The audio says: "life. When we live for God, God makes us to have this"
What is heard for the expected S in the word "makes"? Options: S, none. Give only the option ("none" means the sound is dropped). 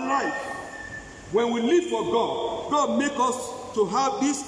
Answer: none